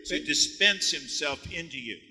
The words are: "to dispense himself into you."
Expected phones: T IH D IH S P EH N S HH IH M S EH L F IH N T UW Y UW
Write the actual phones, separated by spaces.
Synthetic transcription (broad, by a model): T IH D IH S P EH N S HH IH M S EH L F IH N T UW Y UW